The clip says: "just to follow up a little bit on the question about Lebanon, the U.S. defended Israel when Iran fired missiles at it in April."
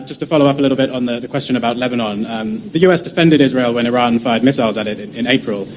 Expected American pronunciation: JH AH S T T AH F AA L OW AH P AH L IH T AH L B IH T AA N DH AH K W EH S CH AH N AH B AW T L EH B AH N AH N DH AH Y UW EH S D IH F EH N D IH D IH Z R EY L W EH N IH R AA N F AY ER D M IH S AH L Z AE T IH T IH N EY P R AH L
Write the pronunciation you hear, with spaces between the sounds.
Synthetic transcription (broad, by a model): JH AH S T T AH F AA L OW AH P AH L IH T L B IH T N DH AH K W EH S CH AH N AH B AW T L EH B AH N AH N DH AH Y UW EH S D IH F EH N D IH D IH Z R EY L W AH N IH R AA N F AY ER D M IH S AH L Z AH T IH T IH N EY P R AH L